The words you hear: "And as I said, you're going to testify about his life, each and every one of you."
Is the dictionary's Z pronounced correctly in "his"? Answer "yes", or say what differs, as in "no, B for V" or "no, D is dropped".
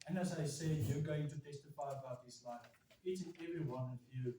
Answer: no, S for Z